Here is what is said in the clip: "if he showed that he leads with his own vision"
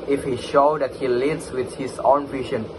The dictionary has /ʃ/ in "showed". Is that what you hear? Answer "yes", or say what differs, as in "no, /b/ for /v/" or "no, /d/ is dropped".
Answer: yes